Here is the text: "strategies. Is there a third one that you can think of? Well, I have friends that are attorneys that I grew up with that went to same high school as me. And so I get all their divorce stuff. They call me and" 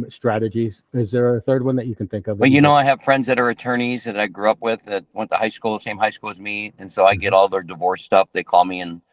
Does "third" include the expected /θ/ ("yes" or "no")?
yes